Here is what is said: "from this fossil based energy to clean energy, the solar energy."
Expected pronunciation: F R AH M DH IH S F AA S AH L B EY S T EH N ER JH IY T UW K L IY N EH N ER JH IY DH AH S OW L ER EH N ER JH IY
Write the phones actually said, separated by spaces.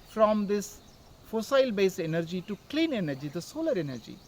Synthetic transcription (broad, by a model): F R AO M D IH S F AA S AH L B EY S EH N ER JH IY T UW K L IY N EH N ER JH IY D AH S OW L ER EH N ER JH IY